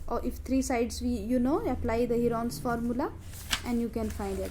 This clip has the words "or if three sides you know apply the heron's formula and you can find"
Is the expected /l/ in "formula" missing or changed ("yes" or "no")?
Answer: no